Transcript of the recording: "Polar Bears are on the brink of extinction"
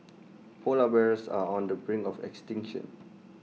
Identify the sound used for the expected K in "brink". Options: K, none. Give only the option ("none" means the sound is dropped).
none